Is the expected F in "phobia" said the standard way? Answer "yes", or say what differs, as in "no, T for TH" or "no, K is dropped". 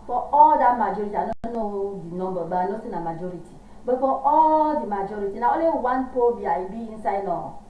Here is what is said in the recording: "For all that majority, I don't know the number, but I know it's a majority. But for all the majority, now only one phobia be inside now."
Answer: no, P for F